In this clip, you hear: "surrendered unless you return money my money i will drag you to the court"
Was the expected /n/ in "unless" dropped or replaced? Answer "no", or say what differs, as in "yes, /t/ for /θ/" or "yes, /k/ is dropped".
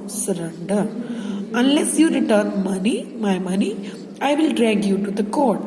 no